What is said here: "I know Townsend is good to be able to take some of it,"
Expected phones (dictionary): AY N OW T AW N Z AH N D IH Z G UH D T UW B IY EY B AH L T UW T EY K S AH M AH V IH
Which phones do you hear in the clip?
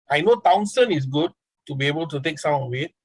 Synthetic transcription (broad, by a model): AY N OW T AW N S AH N IH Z G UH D T UW B IY EY B AH L T UW T EY K S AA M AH W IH